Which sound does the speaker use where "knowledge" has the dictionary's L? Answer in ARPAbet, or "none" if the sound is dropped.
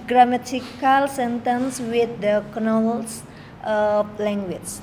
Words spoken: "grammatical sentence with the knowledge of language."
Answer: N